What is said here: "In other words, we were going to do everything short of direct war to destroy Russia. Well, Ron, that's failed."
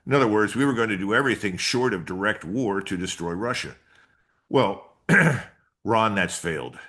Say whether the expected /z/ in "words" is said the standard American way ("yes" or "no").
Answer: yes